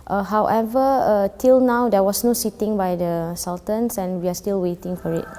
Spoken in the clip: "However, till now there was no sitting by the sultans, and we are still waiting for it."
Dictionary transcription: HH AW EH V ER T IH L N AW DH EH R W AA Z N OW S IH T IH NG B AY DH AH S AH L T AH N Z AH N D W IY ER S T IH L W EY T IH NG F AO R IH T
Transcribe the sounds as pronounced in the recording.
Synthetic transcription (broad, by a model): HH AW EH V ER T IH L N AW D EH W AA S N OW S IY T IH NG B AY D AH S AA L T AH N S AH N W IY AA S T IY L W EY T IH NG F AO R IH T